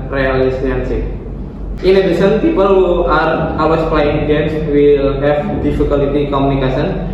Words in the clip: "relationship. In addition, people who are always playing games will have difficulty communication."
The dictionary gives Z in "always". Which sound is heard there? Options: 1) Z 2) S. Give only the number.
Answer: 2